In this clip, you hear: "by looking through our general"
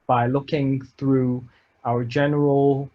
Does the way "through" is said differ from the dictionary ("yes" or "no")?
no